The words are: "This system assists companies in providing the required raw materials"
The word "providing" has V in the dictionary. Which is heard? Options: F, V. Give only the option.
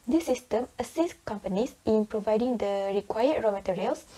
V